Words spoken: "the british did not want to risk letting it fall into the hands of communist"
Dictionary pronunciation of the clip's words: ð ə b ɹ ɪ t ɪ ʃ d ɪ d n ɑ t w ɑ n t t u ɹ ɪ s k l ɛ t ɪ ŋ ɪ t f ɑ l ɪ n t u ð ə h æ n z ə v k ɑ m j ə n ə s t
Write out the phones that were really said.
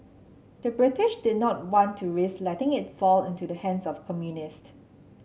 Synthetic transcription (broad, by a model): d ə b ɹ ɪ t ɪ ʃ d ɪ d n ɑ t w ɑ n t t u ɹ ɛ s l ɛ t ɪ ŋ ɪ t f ɑ l ɪ n t u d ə h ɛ n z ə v k ɑ m j ə n ə s t